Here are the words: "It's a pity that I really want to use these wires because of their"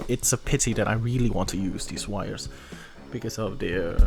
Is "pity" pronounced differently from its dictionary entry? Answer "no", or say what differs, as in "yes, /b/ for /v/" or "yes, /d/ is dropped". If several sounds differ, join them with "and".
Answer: no